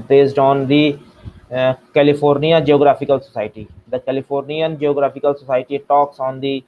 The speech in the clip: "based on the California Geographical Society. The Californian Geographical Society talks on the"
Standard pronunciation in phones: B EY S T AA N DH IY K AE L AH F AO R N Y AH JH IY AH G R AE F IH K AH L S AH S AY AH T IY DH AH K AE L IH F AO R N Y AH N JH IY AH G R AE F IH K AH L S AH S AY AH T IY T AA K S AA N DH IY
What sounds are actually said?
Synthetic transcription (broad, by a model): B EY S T AA N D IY K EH L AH P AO R N Y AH JH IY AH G R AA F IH K AH L S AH S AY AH T IY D AH K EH L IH P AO R N Y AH N JH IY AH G R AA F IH K AH L S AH S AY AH T IY T AA K S AA N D IY